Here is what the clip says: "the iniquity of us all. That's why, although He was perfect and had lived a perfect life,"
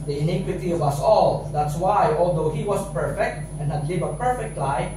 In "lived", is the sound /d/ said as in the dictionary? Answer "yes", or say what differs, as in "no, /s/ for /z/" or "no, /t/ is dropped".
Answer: no, /d/ is dropped